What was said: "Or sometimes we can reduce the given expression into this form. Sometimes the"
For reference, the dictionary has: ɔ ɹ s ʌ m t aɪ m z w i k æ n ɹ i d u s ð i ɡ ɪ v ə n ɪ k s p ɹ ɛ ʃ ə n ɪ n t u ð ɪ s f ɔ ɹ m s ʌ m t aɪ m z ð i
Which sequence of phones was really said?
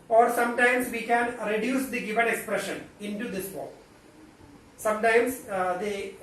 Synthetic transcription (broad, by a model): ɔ ɹ s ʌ m t aɪ m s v i k æ n ɹ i d u s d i ɡ ɪ v ə n ɪ k s p ɹ ɛ ʃ ə n ɪ n t u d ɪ s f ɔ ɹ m s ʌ m t aɪ m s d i